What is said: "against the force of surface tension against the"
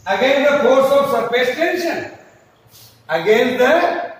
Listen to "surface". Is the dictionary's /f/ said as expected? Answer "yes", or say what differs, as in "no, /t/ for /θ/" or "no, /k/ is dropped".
no, /p/ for /f/